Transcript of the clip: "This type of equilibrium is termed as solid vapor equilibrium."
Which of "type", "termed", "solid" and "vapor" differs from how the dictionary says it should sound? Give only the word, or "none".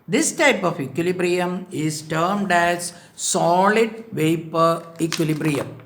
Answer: none